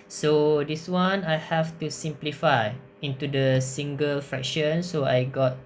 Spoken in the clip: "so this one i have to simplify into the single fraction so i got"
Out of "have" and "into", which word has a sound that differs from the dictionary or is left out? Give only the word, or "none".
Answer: have